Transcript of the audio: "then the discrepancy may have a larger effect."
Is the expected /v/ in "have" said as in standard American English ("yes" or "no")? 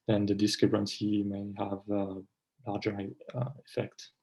yes